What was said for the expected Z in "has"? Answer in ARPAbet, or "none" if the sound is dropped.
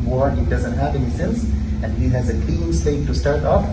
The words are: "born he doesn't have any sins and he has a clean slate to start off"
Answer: Z